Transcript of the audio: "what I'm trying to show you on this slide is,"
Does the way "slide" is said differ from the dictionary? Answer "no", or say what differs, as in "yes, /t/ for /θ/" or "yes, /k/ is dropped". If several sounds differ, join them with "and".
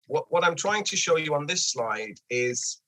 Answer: no